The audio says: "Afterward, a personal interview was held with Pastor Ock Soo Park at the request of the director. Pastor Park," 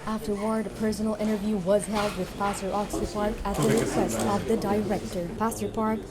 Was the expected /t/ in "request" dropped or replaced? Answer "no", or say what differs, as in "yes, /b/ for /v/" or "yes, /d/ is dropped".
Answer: yes, /t/ is dropped